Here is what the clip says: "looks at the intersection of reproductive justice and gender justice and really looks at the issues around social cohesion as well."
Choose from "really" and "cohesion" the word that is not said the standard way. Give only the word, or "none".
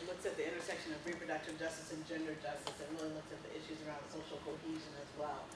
none